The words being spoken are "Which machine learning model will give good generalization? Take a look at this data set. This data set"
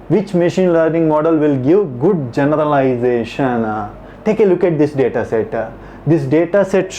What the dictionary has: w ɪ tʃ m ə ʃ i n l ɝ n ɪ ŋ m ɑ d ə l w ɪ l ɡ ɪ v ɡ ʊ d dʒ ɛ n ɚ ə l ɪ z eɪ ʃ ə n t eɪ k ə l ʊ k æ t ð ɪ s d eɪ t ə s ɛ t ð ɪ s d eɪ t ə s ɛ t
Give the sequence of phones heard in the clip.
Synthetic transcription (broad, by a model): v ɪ tʃ m ə ʃ i n l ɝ n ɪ ŋ m ɑ d ə l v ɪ l ɡ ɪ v ɡ ʊ d dʒ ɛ n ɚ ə l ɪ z eɪ ʃ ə n t eɪ k ə l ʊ k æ t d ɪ s d eɪ t ə s ɛ t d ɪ s d eɪ t ə s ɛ t